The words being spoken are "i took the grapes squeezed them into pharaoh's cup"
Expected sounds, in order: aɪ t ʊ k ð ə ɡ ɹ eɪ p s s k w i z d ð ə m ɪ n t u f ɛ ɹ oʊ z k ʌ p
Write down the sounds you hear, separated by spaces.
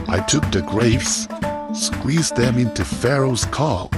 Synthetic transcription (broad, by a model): aɪ t ʊ k ð ə ɡ ɹ eɪ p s s k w i z ð ə m ɪ n t u f ɛ ɹ oʊ z k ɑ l